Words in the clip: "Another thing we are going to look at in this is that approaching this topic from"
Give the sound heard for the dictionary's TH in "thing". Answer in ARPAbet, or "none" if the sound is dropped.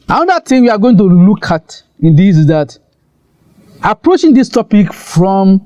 T